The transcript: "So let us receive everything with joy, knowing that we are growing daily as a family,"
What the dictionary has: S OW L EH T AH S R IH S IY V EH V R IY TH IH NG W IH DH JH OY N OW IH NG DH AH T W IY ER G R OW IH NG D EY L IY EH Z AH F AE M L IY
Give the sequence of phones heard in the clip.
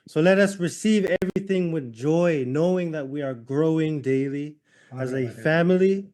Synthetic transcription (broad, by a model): S OW L EH T AH S R IH S IY V EH V R IY TH IH NG W IH DH JH OY N OW IH NG DH AH T W IY ER G R OW IH NG D EY L IY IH Z AH F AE M L IY